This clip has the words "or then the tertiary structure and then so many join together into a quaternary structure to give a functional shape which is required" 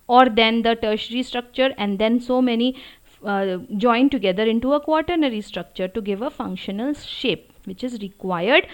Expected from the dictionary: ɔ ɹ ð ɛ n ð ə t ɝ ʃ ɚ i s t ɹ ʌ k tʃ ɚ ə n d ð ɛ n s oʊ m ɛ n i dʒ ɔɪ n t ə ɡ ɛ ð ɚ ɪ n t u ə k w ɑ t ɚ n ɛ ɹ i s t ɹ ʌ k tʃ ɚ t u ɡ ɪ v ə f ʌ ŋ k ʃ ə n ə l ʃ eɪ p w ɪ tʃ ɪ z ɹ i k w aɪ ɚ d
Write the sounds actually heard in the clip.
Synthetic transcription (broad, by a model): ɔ ɹ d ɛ n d ə t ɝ ʃ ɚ i s t ɹ ʌ k tʃ ɚ ə n d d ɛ n s oʊ m ɛ n i dʒ ɔɪ n t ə ɡ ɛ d ɚ ɪ n t u ə k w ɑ t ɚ n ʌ ɹ i s t ɹ ʌ k tʃ ɚ t u ɡ ɪ v ə f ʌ ŋ k ʃ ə n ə l ʃ eɪ p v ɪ tʃ ɪ z ɹ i k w aɪ ɚ d